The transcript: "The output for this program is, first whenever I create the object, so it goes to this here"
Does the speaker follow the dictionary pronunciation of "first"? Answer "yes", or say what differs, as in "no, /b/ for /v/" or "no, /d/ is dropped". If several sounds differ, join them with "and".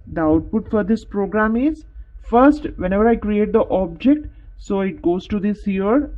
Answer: yes